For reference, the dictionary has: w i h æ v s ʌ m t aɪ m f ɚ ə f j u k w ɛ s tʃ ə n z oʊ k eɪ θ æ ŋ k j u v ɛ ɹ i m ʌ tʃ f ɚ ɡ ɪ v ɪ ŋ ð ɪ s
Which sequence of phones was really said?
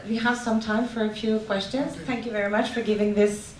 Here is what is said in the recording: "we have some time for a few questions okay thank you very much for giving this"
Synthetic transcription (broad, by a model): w i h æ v s ʌ m t aɪ m f ɚ ə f j u k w ɛ s tʃ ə n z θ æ ŋ k j u v ɛ ɹ i m ʌ tʃ f ɚ ɡ ɪ v ɪ ŋ ð ɪ s